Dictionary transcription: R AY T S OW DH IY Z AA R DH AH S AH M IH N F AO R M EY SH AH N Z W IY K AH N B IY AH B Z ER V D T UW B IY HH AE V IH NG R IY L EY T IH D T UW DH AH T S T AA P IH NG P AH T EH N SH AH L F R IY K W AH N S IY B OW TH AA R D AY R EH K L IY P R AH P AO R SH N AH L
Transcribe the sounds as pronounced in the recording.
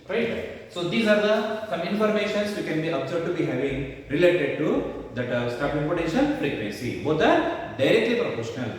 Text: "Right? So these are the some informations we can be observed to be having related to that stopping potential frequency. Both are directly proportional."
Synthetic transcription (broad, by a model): R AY T S OW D IY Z AA R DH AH S AH M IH N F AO R M EY SH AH N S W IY K AH N B IY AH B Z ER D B T UW B IY HH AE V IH NG R IY L EY T IH D T UW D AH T S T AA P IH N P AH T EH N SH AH N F R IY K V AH N S IY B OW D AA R D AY R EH K L IY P R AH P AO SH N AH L